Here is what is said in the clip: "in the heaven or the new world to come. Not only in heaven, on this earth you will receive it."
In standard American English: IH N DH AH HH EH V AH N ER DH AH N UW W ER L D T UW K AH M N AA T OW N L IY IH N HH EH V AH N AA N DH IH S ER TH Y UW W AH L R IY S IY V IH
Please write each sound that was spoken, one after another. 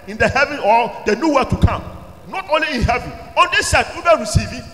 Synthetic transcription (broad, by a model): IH N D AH HH EH V AH N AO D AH N UW W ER T UW K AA M N AA T OW N L IY IH N HH EH V AH N AA N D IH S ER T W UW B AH N R IY S IY V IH